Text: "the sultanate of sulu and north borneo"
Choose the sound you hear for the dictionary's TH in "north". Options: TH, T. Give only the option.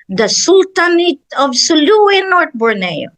T